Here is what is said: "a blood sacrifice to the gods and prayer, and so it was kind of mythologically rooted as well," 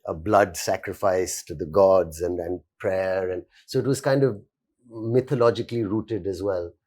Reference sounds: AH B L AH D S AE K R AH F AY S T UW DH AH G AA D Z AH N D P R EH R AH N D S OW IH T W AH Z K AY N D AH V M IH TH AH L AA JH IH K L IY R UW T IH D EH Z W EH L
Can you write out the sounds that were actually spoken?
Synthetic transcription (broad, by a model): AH B L AH D S AE K R AH F AY S T UW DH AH G AA D Z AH N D P R EH R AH N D S OW IH T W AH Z K AY N D AH V M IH T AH L AA JH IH K L IY R UW T IH D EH Z W EH L